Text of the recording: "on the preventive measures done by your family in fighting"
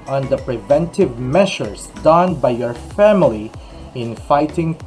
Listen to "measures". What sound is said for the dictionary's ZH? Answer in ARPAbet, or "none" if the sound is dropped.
SH